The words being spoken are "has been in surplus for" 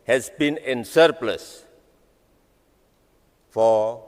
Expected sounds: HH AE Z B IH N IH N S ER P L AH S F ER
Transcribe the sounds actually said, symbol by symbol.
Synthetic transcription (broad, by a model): HH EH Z B IH N IH N S ER P L AH S F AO